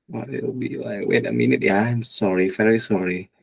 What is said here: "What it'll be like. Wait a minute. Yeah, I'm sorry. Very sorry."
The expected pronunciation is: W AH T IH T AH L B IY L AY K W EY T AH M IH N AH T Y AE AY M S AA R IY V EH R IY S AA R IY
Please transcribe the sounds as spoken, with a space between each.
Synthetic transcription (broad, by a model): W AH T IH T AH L B IY L AY K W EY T AH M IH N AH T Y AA AY M S AA R IY F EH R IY S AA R IY